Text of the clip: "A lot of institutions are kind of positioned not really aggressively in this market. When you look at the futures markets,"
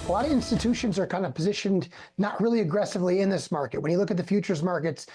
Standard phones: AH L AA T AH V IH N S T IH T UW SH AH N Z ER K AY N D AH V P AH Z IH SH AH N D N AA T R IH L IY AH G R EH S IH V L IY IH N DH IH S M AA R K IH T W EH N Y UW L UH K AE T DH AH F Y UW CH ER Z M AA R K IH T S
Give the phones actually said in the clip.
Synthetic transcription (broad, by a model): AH L AA T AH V IH N S T IH T UW SH AH N Z ER K AY N D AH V P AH Z IH SH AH N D N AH T R IH L IY AH G R EH S IH V L IY IH N DH IH S M AA R K IH T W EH N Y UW L UH K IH T DH AH F Y UW CH ER Z M AA R K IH T S